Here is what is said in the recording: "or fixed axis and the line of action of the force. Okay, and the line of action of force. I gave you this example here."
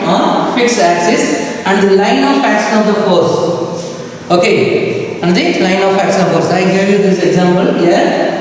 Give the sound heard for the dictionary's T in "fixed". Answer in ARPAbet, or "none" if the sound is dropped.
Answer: none